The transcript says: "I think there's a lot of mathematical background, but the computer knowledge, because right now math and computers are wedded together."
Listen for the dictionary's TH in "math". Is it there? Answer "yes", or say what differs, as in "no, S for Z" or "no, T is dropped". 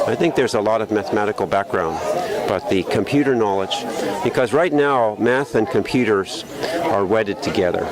yes